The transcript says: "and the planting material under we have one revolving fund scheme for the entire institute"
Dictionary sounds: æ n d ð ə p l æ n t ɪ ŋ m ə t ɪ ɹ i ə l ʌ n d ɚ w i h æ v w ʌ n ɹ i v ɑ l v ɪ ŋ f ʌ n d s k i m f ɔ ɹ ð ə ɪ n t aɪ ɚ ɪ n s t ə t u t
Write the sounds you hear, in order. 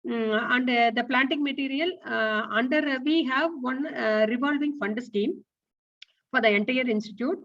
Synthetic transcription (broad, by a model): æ n d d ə p l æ n t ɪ ŋ m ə t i ɹ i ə l ʌ n d ɚ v i h æ v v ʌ n ɹ i v ɑ l v ɪ ŋ f ʌ n d s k i m f ɔ ɹ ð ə ɪ n t aɪ ɚ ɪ n s t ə t u t